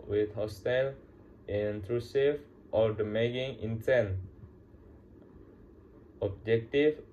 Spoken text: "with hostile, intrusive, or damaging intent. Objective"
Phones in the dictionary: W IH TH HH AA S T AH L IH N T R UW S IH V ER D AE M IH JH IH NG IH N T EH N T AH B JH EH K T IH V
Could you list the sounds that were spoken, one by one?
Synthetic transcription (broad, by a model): W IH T HH AA S T AH L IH N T R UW S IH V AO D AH M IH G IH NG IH N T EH N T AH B JH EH K T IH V